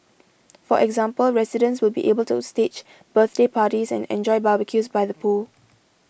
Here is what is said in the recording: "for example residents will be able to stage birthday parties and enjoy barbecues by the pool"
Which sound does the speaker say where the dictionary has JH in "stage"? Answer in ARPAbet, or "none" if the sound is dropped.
CH